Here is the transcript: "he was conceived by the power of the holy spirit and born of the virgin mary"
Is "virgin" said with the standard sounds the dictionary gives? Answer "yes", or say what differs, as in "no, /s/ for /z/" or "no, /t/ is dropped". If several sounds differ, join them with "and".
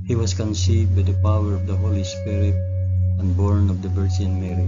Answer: no, /b/ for /v/